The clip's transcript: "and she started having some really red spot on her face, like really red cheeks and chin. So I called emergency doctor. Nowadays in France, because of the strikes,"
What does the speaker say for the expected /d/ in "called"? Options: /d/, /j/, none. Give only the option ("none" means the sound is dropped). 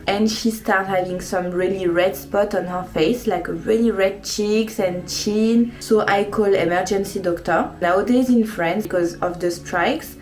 none